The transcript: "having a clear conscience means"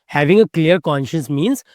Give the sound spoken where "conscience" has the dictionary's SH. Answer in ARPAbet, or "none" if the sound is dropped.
SH